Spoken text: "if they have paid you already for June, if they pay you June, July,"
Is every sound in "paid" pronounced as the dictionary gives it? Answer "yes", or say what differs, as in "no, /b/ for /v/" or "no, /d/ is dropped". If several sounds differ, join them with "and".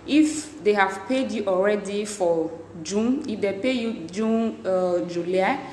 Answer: yes